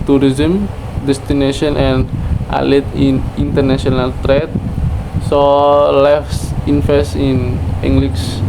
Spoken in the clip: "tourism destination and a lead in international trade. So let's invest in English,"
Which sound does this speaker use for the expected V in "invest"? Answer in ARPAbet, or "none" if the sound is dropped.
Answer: F